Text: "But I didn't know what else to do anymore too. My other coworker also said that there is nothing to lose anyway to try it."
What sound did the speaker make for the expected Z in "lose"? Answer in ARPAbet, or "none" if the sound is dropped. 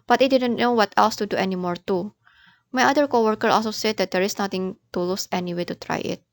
S